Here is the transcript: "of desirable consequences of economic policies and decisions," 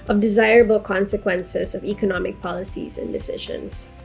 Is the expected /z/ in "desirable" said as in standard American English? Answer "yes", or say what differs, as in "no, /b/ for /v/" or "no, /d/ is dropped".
yes